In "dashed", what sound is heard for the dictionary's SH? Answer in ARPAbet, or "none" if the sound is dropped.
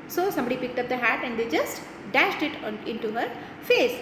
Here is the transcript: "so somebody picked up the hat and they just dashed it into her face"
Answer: SH